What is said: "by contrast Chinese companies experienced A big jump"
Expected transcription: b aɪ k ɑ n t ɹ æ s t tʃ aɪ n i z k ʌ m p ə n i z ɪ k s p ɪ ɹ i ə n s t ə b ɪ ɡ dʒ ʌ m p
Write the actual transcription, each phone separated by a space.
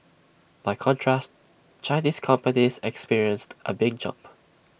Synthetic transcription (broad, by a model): b aɪ k ɑ n t ɹ æ s t tʃ aɪ n i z k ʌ m p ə n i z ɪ k s p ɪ ɹ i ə n s t ə b ɪ ɡ dʒ ʌ m p